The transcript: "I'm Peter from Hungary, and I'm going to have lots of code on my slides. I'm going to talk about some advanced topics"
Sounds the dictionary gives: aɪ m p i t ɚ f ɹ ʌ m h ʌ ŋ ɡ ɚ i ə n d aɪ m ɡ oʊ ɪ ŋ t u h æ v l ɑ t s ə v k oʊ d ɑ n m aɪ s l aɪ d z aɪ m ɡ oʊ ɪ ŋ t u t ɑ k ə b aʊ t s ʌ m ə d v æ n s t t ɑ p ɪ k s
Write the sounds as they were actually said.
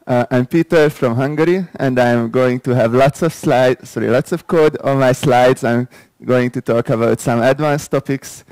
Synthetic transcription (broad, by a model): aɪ m p i t ɚ f ɹ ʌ m h ʌ ŋ ɡ ɚ i ə n d aɪ m ɡ oʊ ɪ ŋ t u h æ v l ɑ t s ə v k oʊ d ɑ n m aɪ s l aɪ d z aɪ m ɡ oʊ ɪ ŋ t u t ɑ k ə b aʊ t s ʌ m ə d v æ n s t t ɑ p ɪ k s